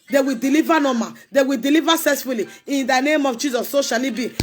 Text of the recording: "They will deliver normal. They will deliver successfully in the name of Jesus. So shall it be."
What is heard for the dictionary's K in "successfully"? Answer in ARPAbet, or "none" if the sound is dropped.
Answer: none